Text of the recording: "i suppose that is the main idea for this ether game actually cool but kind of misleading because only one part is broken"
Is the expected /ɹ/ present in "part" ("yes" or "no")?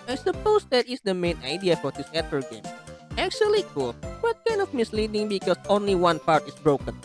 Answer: yes